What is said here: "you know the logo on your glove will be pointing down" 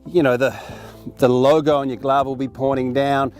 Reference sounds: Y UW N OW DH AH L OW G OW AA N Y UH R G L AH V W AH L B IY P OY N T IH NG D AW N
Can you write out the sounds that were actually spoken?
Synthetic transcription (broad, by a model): Y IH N OW DH AH L OW G OW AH N Y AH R G L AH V W AH L B IY P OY T IH NG D AW N